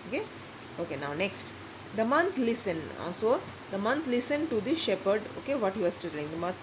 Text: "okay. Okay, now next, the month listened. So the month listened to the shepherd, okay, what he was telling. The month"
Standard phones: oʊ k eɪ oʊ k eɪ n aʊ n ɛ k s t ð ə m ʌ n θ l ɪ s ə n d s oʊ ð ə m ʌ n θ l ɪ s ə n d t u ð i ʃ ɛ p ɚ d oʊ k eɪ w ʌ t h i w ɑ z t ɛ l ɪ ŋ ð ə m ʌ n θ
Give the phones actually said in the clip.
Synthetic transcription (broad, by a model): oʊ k eɪ oʊ k eɪ n aʊ n ɛ k s t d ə m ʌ n t l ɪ s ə n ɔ s oʊ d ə m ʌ n t l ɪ s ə n t u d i ʃ ɛ p ɚ d oʊ k eɪ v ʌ t h i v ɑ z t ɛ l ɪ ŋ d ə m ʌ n